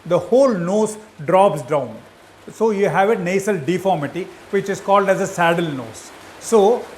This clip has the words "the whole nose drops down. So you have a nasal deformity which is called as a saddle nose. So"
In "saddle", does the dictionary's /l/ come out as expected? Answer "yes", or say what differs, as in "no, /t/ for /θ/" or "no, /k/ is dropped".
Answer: yes